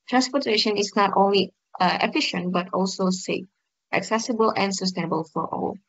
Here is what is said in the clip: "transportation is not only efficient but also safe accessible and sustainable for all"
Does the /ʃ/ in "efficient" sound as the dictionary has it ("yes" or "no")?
yes